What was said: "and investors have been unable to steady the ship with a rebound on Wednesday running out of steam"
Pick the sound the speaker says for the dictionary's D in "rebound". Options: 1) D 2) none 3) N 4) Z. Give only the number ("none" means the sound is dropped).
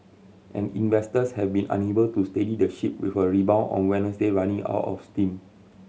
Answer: 2